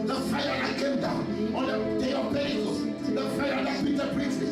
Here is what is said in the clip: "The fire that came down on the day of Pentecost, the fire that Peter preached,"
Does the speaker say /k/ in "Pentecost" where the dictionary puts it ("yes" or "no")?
no